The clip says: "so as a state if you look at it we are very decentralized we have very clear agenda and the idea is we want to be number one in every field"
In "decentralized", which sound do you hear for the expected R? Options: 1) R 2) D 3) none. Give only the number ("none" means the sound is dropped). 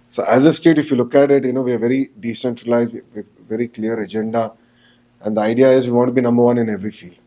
1